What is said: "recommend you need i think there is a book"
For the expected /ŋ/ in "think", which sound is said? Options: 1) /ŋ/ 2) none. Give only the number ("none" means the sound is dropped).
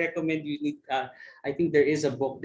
1